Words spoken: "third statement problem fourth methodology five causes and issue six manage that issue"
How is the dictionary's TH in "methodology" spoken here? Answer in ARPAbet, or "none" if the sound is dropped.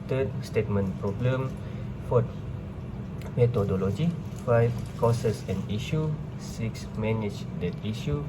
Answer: T